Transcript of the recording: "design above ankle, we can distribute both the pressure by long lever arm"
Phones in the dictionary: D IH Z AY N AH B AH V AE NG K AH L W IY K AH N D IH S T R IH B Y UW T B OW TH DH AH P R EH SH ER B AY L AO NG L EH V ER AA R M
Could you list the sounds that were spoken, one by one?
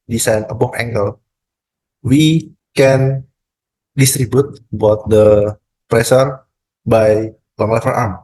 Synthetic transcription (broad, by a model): D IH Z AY N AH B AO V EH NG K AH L W IY K AH N D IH S T R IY B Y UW T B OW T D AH P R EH S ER B AY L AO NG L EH F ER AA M